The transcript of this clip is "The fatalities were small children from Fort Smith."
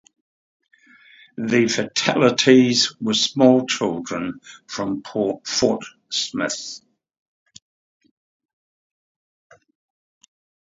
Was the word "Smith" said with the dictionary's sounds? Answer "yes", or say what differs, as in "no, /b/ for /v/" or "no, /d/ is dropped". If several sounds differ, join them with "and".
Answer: yes